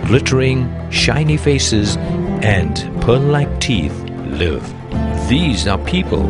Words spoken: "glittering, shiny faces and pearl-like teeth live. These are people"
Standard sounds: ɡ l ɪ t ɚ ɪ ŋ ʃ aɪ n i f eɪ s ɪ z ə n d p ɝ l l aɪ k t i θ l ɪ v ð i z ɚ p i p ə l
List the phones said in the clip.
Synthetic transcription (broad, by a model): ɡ l ɪ t ɚ ɪ ŋ ʃ aɪ n i f eɪ s ɪ z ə n p ɝ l l aɪ k t i θ l ɪ v ð i z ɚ p i p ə l